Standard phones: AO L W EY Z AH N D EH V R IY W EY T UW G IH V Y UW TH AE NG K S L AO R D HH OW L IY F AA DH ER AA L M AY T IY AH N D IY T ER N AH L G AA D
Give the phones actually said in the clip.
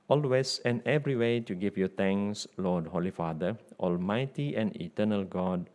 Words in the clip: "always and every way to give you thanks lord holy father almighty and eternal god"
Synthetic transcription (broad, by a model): AO L W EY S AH N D EH V R IY W EY T UW G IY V Y UW T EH NG S L AO D HH OW L IY F AA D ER AA L M AY T IY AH N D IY T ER N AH L G AA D